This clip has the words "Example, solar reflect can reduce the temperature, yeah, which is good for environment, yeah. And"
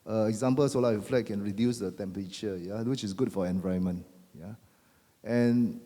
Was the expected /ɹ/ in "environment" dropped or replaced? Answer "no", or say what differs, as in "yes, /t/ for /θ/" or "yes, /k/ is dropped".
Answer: yes, /ɹ/ is dropped